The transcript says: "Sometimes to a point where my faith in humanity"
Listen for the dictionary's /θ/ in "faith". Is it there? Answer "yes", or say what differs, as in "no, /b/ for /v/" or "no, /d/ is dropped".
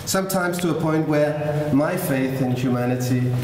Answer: yes